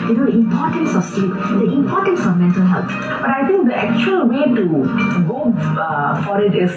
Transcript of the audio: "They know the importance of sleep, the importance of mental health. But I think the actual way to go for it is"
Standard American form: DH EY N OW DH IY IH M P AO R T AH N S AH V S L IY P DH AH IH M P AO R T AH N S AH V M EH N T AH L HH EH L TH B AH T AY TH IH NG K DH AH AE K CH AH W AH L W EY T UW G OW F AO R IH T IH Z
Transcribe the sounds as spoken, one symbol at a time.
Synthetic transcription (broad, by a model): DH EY N OW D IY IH M P AO T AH N S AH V S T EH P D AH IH M P AO T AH N S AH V M EH N T AH L HH EH L T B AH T AY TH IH NG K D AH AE K CH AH AH L W EY T UW G OW F AO R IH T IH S